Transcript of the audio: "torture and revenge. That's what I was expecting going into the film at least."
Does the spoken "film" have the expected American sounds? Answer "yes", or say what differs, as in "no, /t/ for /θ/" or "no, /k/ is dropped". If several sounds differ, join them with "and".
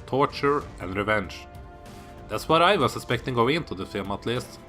no, /l/ is dropped